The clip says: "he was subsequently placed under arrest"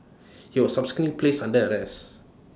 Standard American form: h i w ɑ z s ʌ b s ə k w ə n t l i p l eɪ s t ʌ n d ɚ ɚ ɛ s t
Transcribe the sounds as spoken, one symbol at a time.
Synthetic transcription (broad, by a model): h i w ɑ s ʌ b s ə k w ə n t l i p l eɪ s ʌ n d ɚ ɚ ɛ s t